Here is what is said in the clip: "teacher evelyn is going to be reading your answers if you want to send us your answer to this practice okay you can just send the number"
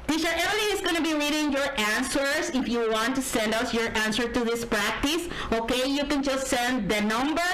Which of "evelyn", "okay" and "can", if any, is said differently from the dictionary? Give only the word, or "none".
evelyn